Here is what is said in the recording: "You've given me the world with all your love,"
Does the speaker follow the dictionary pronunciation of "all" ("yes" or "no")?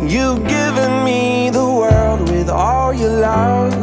yes